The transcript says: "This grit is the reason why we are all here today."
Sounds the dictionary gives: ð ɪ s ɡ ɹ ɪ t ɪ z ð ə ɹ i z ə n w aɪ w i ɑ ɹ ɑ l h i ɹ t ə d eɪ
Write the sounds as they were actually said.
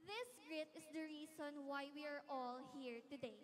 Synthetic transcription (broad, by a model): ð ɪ s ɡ ɹ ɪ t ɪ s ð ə ɹ i s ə n w aɪ w i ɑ ɹ ɑ l h i ɹ t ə d eɪ